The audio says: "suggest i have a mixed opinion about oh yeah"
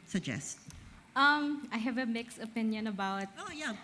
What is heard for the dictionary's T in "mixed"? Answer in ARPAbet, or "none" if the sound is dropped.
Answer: none